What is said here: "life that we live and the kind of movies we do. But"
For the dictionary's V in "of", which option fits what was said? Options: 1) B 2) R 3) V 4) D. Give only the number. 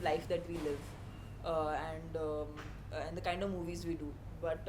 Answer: 3